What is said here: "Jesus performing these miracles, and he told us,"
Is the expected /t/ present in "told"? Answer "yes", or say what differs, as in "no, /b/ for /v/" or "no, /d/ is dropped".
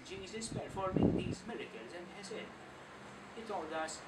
no, /s/ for /t/